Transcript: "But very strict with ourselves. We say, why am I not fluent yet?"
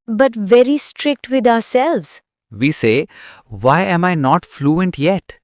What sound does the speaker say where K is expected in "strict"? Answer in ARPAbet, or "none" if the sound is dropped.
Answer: K